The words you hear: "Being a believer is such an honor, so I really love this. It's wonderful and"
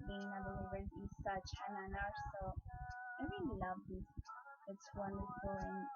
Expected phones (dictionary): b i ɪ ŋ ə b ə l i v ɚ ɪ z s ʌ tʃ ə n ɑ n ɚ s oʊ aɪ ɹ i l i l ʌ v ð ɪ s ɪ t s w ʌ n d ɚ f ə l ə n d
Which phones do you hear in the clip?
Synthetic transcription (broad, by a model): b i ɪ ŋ ə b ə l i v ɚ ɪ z s ʌ tʃ ə n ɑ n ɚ s oʊ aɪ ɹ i n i l ʌ v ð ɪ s ɪ t s w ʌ n d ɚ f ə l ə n